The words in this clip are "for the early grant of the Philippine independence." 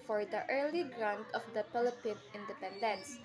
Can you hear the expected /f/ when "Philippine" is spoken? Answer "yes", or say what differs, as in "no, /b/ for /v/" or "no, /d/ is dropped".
no, /p/ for /f/